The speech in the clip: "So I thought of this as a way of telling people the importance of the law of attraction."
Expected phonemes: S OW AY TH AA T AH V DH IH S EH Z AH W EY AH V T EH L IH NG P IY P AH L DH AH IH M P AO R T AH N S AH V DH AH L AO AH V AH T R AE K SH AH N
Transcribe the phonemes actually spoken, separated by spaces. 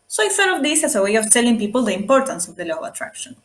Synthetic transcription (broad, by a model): S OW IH S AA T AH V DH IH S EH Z AH W EY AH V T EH L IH NG P IY P AH L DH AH IH M P AO R T AH N S AH V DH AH L AO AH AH T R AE K SH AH N